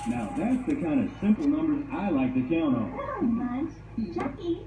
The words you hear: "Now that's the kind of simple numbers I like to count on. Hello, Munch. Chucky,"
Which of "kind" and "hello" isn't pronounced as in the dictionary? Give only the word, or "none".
hello